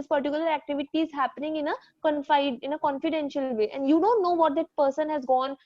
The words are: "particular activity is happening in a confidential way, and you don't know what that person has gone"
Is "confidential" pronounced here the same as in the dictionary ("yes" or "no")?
yes